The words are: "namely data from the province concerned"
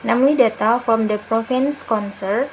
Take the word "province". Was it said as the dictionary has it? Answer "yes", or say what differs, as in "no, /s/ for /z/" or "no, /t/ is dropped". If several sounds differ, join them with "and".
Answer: no, /f/ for /v/